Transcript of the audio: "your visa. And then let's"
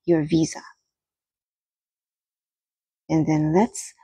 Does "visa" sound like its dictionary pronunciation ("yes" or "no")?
yes